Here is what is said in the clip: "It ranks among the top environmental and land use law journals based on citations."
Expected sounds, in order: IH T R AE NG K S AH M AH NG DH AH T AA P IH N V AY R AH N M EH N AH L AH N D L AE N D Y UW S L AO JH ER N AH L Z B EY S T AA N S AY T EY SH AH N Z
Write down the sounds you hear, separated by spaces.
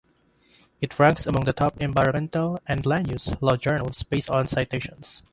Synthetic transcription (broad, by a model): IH T R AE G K S AH M AH NG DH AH T AA P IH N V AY R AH N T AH L AH N D L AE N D Y UW S L AO JH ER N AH L S B EY S T AA N S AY T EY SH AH N S